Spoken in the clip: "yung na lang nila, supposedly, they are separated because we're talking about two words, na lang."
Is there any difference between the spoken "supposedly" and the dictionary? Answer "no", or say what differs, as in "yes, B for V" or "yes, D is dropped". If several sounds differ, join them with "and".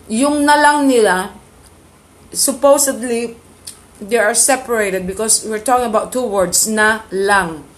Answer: yes, S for Z